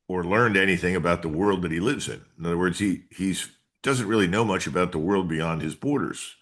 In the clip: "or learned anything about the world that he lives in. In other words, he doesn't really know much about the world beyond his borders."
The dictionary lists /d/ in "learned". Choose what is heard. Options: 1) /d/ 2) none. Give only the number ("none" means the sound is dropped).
1